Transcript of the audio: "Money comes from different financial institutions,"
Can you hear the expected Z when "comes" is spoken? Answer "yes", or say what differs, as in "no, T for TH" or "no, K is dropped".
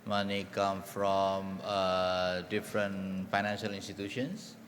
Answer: no, Z is dropped